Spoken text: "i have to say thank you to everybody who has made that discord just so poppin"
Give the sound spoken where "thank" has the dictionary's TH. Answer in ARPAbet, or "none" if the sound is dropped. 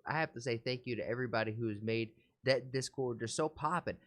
TH